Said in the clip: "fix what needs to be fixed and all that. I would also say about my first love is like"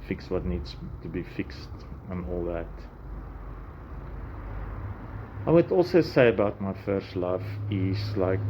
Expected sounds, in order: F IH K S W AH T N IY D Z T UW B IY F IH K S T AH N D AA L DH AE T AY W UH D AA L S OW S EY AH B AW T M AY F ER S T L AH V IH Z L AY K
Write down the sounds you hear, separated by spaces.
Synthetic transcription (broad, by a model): F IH K S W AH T N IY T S T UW B IY F IH K S T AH N AA L DH AE T AY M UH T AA L S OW S EY AH B AW T M AY F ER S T L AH F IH S L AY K